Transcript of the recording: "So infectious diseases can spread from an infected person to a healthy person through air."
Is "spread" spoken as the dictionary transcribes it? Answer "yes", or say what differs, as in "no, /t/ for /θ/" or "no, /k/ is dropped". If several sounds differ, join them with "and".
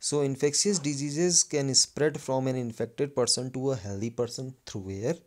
yes